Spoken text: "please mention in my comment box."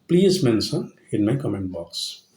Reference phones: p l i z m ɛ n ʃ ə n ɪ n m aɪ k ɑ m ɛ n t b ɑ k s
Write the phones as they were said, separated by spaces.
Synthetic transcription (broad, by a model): p l i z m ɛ n s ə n ɪ n m aɪ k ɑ m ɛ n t b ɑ k s